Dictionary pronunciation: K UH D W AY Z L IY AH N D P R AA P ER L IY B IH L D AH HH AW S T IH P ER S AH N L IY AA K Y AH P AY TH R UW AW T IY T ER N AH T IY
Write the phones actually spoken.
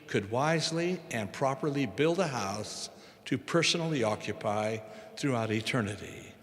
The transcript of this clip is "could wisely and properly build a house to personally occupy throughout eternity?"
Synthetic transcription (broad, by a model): K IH D W AY Z L IY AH N P R AA P ER L IY B IH L D AH HH AW S T IH P ER S AH N L IY AA K Y AH P AY TH R UW AW T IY T ER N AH T IY